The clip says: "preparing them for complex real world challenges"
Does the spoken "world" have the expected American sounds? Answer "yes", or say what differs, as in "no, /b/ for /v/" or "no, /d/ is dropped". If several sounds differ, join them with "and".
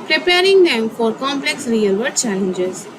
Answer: no, /l/ is dropped